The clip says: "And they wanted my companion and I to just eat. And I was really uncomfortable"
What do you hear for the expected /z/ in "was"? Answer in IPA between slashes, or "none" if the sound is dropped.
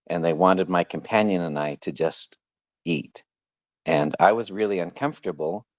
/z/